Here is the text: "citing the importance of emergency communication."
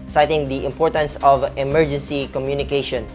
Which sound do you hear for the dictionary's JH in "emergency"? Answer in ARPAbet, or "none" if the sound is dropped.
JH